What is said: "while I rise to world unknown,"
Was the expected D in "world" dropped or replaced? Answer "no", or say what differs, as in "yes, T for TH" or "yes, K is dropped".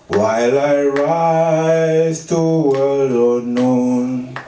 yes, D is dropped